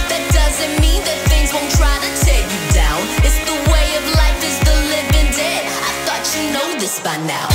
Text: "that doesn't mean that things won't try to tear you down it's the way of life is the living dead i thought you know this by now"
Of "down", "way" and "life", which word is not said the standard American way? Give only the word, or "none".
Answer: none